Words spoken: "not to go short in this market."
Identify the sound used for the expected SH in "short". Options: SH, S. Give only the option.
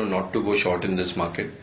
SH